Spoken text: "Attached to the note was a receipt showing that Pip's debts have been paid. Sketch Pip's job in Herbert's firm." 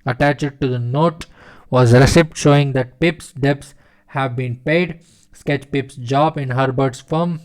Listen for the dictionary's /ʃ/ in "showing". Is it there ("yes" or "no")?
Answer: yes